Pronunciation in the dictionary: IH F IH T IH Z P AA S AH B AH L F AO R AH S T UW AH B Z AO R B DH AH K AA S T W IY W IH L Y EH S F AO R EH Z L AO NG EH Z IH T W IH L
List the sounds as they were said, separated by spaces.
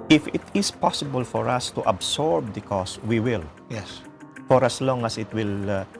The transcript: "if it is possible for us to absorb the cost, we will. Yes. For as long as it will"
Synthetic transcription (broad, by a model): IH F IH T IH S P AA S AH B AH L F AO R AH S T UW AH B S AO R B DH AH K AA S W IY W IH L Y EH S F AO R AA S L AO NG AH S IH T W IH L